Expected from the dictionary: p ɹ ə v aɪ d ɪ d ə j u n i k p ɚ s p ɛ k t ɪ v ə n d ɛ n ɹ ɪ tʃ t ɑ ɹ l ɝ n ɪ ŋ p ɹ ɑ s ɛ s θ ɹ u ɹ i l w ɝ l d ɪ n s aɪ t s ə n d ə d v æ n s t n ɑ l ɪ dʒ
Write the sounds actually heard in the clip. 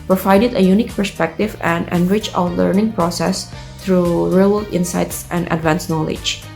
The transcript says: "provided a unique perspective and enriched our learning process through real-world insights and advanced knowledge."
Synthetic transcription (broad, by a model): p ɹ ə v aɪ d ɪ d ə j u n i k p ɚ s p ɛ k t ɪ v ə n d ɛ n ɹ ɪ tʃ ɑ l ɝ n ɪ ŋ p ɹ ɑ s ɛ s t ɹ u ɹ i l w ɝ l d ɪ n s aɪ t s ə n d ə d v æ n s n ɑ l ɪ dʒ